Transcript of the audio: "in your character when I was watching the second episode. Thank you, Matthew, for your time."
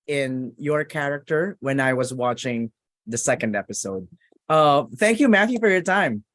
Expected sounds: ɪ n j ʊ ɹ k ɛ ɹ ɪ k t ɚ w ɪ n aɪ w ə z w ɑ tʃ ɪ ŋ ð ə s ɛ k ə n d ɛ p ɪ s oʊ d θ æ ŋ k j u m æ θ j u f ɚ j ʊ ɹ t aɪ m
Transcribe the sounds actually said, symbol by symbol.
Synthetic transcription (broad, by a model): ɪ n j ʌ ɹ k ɛ ɹ ɪ k t ɚ w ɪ n aɪ w ə z w ɑ tʃ ɪ ŋ ð ə s ɛ k ə n d ɛ p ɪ s oʊ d θ æ ŋ k j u m æ θ j u f ɚ j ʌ ɹ t aɪ m